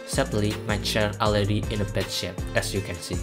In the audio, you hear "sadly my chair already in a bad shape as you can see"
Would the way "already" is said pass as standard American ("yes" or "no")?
no